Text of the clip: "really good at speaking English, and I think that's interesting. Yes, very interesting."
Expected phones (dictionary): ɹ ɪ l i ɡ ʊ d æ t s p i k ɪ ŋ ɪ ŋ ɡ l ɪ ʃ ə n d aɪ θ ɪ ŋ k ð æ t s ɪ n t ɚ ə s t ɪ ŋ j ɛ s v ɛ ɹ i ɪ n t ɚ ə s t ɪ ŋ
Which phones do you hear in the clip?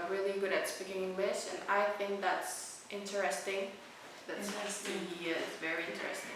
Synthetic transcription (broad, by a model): ɹ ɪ l i ɡ ʊ d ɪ t s p i k ɪ ŋ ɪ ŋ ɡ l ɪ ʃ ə n aɪ θ ɪ ŋ k ð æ t s ɪ n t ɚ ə s t ɪ ŋ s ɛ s v ɛ ɹ i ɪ n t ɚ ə s t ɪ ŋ